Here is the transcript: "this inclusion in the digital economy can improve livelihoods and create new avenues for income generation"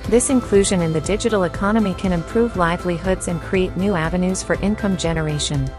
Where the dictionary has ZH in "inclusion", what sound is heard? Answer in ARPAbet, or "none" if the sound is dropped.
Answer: ZH